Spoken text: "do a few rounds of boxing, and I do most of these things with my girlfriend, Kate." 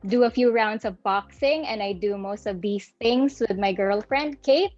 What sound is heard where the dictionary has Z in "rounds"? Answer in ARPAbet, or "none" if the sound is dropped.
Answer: S